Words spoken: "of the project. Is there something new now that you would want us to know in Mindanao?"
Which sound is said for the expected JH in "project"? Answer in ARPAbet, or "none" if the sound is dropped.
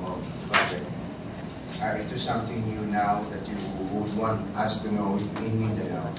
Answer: none